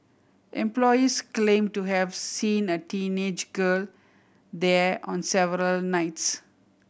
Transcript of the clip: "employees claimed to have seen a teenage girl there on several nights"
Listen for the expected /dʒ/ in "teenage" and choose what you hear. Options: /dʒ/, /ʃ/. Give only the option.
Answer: /dʒ/